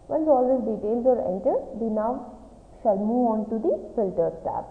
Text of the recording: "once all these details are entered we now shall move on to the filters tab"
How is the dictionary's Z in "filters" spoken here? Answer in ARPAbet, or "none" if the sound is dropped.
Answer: none